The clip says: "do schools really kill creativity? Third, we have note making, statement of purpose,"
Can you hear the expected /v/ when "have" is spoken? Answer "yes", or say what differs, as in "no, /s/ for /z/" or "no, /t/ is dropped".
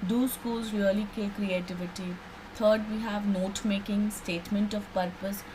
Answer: yes